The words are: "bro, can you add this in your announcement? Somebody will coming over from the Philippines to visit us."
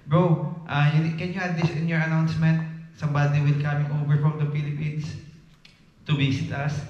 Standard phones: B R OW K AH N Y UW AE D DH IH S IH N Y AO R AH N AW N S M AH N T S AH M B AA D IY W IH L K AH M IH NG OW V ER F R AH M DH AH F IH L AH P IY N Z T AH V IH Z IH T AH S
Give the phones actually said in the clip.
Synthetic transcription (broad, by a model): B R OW K AH N Y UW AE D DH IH S IH N Y AO R AH N AW N S M AH N T S AH M B AA D IY W IH L K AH M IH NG OW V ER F R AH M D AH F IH L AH P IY N S T AH B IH S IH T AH S